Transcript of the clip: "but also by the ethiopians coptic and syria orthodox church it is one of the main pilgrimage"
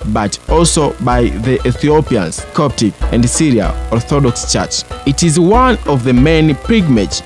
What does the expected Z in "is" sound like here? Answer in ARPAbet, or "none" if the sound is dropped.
Z